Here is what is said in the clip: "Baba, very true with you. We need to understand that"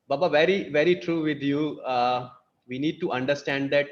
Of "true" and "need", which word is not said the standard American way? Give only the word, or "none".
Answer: none